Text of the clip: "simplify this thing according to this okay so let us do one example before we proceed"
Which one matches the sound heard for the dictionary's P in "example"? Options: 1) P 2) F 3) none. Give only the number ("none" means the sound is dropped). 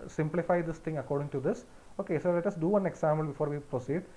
3